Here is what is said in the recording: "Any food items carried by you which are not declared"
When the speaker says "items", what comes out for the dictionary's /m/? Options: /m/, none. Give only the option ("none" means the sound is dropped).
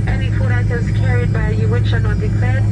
none